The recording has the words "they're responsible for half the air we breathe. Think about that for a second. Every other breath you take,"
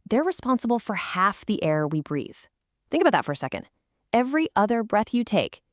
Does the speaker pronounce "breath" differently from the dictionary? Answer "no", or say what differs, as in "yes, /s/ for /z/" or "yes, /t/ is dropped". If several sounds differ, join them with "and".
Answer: no